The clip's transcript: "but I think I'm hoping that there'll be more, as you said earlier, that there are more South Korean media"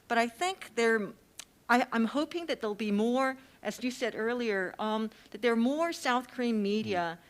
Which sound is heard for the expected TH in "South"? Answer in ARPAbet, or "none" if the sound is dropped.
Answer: TH